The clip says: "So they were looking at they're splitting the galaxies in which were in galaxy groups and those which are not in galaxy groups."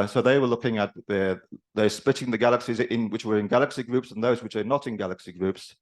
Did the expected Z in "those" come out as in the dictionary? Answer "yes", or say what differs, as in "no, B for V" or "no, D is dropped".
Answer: yes